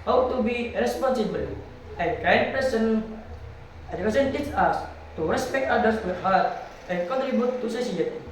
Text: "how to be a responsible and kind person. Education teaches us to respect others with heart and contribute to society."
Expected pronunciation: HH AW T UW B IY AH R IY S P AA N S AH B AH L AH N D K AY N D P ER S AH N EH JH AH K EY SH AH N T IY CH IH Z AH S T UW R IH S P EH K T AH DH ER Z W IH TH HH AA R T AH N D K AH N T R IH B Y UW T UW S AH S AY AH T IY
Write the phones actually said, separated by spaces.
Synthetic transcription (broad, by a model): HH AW T UW B IY R IY S P AA N S AH B AH L AH N D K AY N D P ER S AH N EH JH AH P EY S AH N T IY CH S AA S T UW R IH S P EH K T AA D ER S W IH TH HH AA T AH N K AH N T R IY B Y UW T UW S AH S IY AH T